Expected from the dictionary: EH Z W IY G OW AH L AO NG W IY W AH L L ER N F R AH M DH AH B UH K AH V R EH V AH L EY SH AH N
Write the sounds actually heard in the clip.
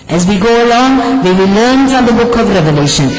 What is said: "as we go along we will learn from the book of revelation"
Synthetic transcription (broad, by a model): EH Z W IY G OW AH L AO NG W IY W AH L L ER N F R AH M DH AH B UH K AH V R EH V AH L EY SH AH N